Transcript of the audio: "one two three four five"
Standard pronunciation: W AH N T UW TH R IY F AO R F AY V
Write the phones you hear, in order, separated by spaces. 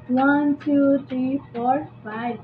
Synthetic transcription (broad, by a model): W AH N T UW T R IY F AO R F AY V